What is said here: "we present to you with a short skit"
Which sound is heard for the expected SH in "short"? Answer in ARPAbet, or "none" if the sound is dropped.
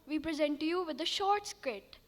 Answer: SH